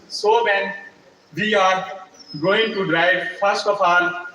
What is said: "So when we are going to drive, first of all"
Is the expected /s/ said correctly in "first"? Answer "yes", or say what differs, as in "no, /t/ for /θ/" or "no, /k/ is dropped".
yes